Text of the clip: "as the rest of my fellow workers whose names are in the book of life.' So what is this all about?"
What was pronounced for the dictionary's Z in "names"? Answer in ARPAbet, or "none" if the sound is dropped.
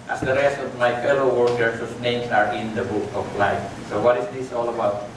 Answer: S